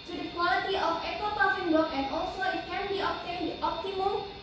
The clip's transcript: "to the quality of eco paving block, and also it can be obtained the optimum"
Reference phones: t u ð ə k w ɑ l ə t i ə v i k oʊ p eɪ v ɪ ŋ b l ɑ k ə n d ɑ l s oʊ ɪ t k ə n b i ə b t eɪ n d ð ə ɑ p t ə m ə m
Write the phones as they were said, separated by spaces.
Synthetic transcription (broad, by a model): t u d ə k w ɑ l ə t i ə f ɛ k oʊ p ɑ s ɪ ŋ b ɑ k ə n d ɑ l s oʊ ɪ t k ə n b i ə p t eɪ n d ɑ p t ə m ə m